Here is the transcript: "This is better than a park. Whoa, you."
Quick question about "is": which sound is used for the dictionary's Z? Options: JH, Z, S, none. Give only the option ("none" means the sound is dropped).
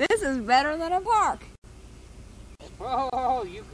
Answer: Z